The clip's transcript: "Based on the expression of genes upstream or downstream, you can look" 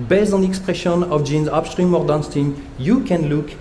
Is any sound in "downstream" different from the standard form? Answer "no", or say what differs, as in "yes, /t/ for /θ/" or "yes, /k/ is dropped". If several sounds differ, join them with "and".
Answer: yes, /ɹ/ is dropped